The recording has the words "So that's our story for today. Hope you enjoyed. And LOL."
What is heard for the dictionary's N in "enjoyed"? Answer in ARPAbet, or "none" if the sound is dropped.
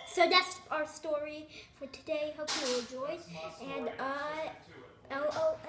L